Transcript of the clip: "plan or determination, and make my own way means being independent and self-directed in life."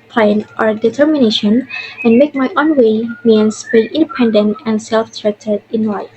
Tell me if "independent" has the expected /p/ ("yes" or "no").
yes